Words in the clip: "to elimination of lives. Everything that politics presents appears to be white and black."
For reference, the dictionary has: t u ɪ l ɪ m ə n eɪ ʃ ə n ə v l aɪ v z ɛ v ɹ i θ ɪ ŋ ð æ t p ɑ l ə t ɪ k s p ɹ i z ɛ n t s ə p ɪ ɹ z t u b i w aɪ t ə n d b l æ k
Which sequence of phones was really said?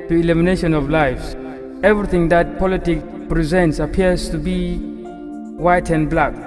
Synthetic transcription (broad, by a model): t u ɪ l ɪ m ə n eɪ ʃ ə n ə v l aɪ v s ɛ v ɹ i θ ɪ ŋ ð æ t p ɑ l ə t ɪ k p ɹ i z ɛ n t s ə p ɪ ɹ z t u b i w aɪ t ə n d b l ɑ k